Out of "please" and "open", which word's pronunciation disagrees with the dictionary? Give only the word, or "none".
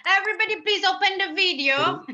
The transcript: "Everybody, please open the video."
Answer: none